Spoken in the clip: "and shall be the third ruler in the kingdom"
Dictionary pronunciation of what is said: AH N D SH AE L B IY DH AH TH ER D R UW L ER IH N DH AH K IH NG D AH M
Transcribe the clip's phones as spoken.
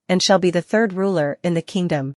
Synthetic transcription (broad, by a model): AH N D SH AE L B IY DH AH TH ER D R UW L ER IH N DH AH K IH NG D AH M